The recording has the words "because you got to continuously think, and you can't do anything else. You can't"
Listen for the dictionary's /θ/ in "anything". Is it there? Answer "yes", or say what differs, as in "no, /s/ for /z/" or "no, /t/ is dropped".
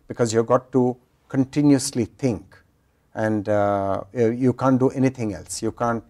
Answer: no, /t/ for /θ/